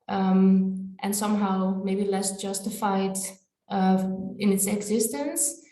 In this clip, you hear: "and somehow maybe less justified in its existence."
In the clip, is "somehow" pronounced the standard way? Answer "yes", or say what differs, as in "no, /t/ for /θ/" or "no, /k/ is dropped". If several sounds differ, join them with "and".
yes